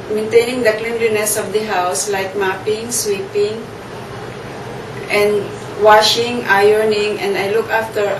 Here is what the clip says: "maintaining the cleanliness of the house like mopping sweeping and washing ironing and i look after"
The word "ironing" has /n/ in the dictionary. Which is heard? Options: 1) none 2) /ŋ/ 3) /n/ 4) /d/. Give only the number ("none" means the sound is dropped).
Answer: 3